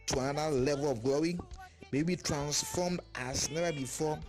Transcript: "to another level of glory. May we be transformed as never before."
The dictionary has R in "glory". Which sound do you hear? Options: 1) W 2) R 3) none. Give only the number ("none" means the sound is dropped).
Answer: 1